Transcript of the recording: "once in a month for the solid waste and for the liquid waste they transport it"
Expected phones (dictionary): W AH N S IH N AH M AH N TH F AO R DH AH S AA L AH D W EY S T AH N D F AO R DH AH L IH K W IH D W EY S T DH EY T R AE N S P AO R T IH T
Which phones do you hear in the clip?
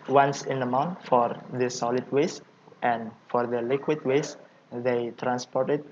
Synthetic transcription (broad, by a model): W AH N S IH N AH M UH N T F AO R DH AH S AA L AH D W EY S T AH N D F AO R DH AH L IH K W IH D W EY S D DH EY T R AE N S P AO R T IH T